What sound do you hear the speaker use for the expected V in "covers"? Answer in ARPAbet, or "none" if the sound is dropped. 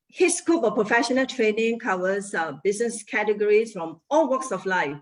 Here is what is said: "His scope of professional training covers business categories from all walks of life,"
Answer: W